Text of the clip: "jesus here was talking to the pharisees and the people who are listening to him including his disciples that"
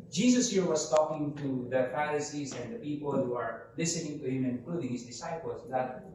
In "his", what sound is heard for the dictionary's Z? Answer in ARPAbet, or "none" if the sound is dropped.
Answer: S